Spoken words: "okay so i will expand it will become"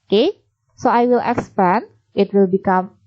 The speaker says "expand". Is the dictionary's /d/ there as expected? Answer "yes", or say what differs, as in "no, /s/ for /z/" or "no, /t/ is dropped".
no, /d/ is dropped